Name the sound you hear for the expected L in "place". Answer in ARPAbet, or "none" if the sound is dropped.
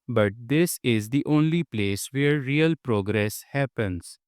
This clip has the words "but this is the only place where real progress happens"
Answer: L